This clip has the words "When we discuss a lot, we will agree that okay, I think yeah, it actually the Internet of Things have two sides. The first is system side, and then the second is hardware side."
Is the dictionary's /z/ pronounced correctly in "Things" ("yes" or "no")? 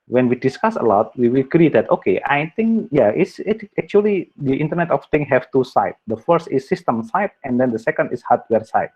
no